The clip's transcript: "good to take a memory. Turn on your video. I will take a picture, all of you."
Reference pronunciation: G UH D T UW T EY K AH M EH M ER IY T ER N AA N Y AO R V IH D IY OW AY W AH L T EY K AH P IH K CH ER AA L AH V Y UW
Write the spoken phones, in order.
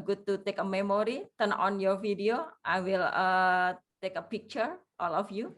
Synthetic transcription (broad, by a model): G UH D T UW T EY K AH M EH M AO IY T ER N AA N Y AO R F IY D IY OW AY W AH L T EY K AH P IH K CH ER AA L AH F Y UW